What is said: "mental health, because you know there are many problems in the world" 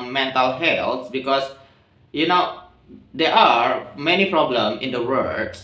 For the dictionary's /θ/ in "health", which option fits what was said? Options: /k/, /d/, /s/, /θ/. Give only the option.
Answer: /s/